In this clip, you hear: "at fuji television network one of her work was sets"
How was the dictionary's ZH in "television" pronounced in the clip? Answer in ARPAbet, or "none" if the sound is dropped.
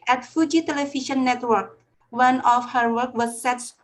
SH